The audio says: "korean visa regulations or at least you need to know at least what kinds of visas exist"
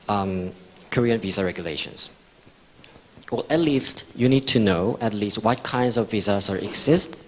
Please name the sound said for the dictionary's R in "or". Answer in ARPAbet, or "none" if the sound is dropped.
L